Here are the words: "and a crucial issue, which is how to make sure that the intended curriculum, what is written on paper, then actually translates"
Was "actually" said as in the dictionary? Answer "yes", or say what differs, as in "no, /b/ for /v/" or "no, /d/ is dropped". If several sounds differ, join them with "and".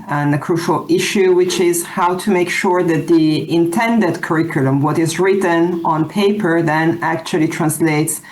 yes